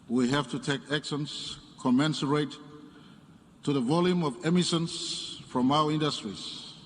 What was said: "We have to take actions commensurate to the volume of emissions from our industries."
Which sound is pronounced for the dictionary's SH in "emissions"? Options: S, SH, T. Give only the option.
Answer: S